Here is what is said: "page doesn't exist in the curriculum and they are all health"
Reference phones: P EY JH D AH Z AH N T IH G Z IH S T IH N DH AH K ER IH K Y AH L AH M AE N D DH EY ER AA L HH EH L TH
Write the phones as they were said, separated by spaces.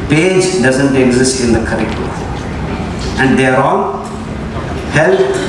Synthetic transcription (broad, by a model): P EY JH D AH Z AH N T IH G Z IH S T IH N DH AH K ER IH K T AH AH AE N D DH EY ER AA N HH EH L